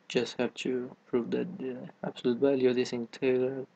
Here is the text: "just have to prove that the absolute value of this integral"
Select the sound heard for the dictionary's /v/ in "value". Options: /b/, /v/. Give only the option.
/b/